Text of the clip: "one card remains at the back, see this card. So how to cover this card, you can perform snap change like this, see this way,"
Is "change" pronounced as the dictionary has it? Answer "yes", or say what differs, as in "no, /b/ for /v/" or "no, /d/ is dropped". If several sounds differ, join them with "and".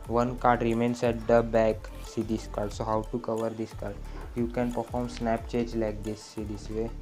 no, /n/ is dropped